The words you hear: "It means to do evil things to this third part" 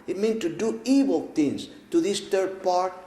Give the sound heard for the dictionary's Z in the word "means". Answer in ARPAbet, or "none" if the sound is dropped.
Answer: none